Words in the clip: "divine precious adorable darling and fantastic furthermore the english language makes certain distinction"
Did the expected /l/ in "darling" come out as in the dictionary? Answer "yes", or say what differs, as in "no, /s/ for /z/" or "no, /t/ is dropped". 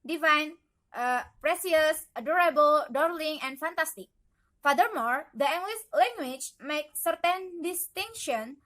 yes